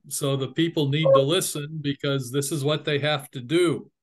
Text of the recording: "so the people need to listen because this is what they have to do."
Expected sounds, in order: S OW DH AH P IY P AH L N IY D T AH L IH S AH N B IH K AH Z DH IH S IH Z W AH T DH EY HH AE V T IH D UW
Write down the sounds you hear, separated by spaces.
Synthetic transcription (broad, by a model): S OW DH AH P IY P L N IY D T AH L IH S AH N B IH K AH Z DH IH S IH Z W AH T DH EY HH AE F T IH D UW